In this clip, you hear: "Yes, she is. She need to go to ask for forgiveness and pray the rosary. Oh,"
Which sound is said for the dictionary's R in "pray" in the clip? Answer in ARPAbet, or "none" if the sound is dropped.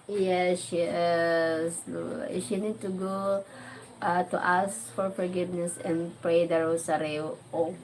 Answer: R